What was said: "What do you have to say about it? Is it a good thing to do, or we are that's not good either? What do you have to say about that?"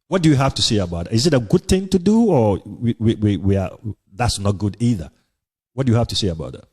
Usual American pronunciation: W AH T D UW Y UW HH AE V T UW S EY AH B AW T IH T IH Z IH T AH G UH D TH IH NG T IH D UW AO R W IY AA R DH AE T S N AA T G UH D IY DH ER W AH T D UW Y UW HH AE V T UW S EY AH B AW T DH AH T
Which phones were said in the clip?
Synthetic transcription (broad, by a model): W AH T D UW Y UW HH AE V T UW S EY AH B AW T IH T IH Z IH T AH G UH D TH IH NG T IH D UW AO W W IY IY W DH AE T S N AA T G UH D IY DH ER W AH T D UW Y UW HH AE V T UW S EY AH B AW T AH T